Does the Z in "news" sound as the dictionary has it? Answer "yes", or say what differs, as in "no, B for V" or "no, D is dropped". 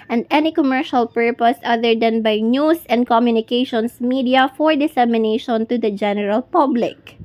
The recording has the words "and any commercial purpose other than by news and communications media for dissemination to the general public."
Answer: no, S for Z